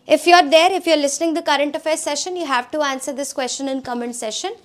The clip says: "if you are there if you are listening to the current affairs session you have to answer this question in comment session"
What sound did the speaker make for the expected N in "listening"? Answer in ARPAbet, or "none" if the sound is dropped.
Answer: N